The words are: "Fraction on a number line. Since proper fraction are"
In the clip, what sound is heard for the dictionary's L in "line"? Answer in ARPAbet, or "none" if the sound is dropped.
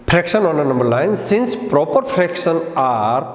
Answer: N